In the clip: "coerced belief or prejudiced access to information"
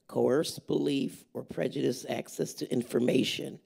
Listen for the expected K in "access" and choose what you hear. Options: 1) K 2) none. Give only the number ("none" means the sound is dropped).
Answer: 1